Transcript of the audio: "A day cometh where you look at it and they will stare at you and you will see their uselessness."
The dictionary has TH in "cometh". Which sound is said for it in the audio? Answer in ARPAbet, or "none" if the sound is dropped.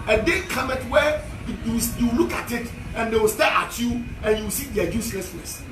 T